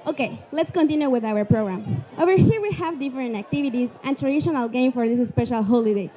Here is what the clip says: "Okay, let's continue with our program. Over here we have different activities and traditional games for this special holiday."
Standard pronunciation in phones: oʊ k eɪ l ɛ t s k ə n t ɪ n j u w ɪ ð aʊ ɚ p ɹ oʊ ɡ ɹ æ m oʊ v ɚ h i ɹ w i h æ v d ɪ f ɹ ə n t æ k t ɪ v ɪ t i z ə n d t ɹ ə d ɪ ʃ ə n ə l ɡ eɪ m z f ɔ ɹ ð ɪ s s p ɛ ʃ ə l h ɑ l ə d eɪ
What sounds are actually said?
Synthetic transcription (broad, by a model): oʊ k eɪ l ɛ t s k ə n t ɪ n j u w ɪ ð aʊ ɚ p ɹ oʊ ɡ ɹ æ m oʊ v ɚ h i ɹ w i h æ v d ɪ f ɹ ə n t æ k t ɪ v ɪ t i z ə n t ɹ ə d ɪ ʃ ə n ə l ɡ eɪ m f ɔ ɹ ð ɪ s s p ɛ ʃ ə l h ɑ l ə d eɪ